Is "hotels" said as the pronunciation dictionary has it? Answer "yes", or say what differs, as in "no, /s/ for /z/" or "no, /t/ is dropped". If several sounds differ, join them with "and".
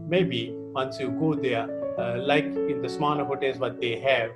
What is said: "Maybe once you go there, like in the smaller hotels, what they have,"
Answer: no, /l/ is dropped